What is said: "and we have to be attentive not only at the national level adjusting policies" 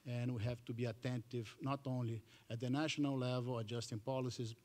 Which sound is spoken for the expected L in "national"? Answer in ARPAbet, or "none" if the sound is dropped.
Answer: L